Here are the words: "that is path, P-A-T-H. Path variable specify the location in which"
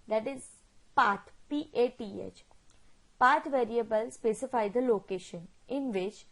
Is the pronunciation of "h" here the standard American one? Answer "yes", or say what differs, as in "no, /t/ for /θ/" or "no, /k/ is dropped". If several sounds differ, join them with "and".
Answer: yes